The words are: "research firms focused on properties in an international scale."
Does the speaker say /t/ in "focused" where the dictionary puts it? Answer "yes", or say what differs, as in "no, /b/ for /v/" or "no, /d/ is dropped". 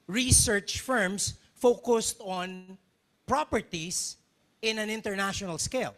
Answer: yes